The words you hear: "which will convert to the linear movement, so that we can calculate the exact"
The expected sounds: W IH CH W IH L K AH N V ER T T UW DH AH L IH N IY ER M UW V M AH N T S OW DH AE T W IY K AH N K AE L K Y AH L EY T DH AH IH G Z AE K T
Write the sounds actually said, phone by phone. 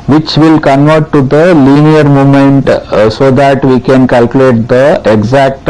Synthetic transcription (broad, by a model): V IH CH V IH L K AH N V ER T T UW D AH L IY N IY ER M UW M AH N T S OW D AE T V IY K AH N K AE L K Y AH L EY T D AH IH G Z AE K T